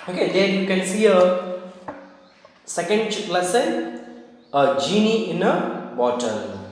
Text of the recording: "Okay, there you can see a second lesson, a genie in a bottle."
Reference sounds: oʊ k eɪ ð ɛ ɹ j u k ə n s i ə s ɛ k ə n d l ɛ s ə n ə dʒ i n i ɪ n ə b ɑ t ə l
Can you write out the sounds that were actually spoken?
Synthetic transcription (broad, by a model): oʊ k eɪ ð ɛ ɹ j u k ə n s i ə s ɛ k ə n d l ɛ s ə ə dʒ i n i ɪ n ə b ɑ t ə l